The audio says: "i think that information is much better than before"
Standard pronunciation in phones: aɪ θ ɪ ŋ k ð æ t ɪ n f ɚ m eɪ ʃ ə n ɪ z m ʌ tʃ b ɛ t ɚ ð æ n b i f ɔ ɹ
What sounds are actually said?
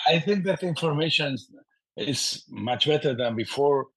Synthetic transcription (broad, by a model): aɪ θ ɪ ŋ k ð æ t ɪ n f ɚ m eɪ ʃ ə n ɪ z m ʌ tʃ b ɛ t ɚ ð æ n b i f ɔ ɹ